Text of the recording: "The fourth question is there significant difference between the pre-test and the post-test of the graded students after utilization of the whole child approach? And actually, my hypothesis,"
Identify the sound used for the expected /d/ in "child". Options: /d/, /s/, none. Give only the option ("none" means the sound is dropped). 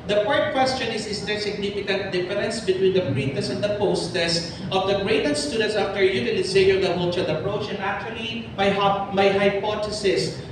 none